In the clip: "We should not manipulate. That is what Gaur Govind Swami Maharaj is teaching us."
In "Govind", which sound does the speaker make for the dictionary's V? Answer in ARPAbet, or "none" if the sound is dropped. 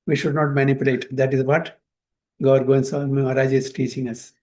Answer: none